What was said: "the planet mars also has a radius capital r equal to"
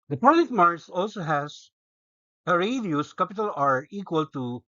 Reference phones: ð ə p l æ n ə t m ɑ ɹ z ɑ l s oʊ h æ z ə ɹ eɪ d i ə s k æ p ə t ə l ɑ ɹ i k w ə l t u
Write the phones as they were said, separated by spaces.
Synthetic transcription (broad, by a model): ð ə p ɔ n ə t m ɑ ɹ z ɑ l s oʊ h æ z ə ɹ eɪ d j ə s k æ p ə t ə l ɑ ɹ i k w ə l t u